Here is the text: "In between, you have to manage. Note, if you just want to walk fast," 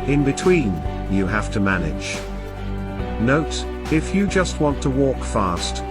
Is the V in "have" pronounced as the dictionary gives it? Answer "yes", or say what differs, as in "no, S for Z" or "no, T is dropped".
no, F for V